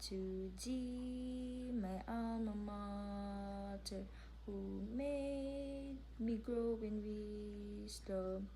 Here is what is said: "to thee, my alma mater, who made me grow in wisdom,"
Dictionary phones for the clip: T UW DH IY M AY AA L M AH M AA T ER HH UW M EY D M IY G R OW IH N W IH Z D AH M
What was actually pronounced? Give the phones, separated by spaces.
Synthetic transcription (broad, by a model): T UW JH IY M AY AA M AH M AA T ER HH UW M EY D M IY G R OW IH N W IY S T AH